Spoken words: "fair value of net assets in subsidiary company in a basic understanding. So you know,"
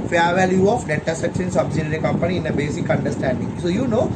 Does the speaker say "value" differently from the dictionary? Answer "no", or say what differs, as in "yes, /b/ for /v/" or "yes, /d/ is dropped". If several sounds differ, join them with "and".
no